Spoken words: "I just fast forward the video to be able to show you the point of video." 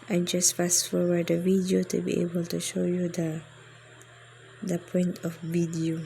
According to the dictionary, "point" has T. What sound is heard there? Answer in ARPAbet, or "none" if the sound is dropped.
T